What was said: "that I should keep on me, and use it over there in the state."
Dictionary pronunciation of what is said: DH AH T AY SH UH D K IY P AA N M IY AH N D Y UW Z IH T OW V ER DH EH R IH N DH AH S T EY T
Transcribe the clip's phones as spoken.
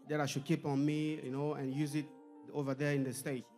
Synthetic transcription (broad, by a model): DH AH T AY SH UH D K IY P AA N M IY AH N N Y UW Z IH T OW V ER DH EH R IH N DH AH S T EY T